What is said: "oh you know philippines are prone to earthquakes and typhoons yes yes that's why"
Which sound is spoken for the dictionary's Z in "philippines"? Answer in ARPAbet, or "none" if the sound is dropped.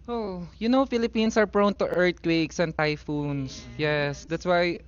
S